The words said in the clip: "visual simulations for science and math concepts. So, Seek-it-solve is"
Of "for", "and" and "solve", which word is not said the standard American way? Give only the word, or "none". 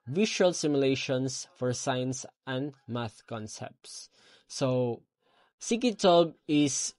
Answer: solve